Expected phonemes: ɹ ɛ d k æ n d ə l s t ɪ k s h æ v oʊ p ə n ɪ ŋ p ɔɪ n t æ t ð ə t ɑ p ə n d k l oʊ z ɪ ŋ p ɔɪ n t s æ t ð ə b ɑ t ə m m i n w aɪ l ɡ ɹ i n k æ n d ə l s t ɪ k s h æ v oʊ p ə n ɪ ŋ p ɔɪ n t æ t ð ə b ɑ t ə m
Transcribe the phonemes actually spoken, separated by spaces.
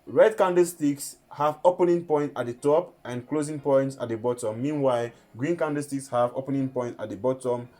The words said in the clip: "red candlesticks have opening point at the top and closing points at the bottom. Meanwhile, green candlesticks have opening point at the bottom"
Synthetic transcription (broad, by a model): ɹ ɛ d k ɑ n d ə s t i k s h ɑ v oʊ p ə n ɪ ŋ p ɔɪ n t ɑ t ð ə t ɑ p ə n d k l oʊ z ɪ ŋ p ɔɪ n t s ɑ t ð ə b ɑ t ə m m i n w aɪ l ɡ ɹ i n k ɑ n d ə s t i k s h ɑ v oʊ p ə n ɪ ŋ p ɔɪ n t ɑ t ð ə b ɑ t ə m